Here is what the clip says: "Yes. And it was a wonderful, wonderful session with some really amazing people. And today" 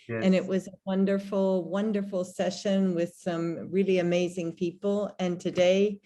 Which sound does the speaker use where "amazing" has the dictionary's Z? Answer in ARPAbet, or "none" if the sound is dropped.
Z